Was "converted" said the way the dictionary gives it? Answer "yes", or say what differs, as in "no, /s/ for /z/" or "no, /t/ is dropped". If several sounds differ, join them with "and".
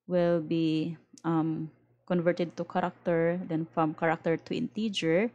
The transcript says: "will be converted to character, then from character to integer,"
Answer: yes